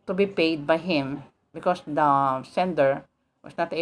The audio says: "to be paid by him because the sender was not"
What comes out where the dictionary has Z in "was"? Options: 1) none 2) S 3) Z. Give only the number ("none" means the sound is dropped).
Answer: 2